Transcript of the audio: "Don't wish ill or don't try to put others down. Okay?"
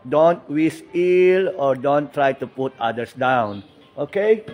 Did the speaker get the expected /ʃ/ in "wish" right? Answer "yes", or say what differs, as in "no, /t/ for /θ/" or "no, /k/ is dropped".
no, /s/ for /ʃ/